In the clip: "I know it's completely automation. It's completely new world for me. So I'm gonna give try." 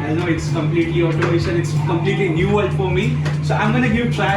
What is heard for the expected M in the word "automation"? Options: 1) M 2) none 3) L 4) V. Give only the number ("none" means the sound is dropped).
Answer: 2